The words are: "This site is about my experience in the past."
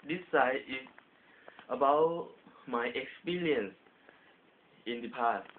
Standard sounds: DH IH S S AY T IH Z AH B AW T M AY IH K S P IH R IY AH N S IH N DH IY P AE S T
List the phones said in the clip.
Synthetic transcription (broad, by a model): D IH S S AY IH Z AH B AW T M AY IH K S P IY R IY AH N S IH N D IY P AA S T